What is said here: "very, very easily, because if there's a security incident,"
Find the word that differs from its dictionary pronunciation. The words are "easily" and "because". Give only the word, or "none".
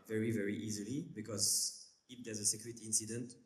none